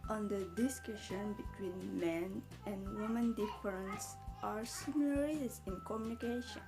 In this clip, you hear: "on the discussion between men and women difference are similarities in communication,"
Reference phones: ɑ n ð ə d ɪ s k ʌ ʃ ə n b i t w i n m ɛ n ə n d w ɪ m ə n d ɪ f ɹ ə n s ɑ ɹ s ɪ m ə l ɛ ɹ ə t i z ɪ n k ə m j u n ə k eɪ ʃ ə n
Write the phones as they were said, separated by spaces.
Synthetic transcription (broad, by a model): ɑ n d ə d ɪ s k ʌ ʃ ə n b i t w i n m ɛ n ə n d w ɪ m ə n d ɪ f ɹ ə n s ɑ ɹ s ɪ m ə l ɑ ɹ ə s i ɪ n k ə m j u n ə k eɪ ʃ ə n